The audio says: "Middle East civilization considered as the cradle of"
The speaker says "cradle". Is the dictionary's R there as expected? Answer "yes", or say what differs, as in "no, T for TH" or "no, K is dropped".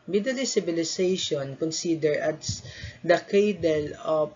no, R is dropped